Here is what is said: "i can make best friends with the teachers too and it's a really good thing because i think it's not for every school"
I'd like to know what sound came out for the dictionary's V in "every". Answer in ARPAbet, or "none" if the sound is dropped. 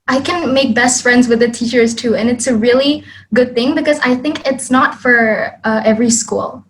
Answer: V